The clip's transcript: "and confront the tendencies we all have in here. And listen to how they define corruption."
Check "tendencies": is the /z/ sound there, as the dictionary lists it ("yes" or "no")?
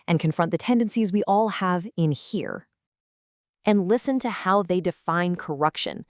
yes